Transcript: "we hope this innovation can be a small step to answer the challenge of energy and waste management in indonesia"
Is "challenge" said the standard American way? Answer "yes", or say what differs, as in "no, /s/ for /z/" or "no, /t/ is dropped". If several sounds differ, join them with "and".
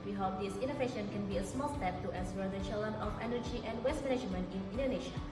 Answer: no, /dʒ/ is dropped